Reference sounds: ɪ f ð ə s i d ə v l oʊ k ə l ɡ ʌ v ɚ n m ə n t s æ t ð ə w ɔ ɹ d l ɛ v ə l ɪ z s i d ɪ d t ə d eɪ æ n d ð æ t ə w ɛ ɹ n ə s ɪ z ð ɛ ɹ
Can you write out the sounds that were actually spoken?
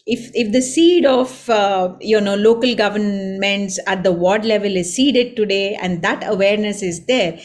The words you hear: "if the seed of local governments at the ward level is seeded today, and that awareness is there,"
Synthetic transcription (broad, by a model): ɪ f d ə s i d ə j l oʊ k ə l ɡ ʌ v ɚ n m ə n t s æ t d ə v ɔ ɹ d l ɛ v ə l ɪ z s i d ɪ d t ə d eɪ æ n d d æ t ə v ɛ ɹ n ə s ɪ z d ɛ ɹ